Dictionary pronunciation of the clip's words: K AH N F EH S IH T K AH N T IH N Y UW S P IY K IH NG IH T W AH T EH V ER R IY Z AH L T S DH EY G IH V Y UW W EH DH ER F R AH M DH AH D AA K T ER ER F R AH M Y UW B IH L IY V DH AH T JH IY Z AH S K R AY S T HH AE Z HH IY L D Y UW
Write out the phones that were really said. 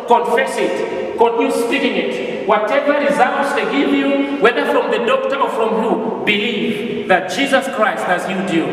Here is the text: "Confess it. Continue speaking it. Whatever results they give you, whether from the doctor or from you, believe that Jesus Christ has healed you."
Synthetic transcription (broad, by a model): K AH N F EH S IH T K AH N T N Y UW S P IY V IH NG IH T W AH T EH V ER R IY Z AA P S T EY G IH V Y UW W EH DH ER F R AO M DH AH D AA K T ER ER F R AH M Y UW B IH L IY V DH AH T JH IY Z AH S K R AY S T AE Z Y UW D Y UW